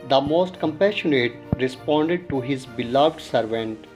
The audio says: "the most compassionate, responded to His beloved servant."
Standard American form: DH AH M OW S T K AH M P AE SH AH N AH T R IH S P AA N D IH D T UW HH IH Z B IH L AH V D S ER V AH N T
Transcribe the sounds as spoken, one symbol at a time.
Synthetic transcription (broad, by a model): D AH M OW S T K AH M P AE SH AH N AH T R IH S P AA N D IH D T UW HH IH Z B IH L AH V D S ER V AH N T